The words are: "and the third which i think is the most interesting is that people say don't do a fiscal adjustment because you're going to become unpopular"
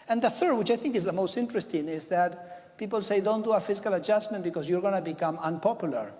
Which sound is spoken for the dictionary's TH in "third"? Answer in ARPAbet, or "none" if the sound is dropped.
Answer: TH